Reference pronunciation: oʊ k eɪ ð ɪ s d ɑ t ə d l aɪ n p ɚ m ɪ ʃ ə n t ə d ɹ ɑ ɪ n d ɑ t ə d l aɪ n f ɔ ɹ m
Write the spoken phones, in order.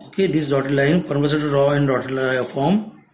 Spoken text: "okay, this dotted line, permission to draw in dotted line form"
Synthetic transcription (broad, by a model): oʊ k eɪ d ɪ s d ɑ t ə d l aɪ n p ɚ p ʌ s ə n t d ɹ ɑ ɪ n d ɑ t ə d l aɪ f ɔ ɹ m